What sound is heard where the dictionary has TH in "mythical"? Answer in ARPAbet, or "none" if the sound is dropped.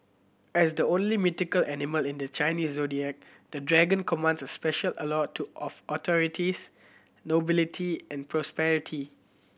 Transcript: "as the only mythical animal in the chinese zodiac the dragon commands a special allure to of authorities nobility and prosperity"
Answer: T